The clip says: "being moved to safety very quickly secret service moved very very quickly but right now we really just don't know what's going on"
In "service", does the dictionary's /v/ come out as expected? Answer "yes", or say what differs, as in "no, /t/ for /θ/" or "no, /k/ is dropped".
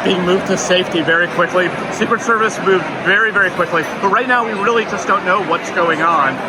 yes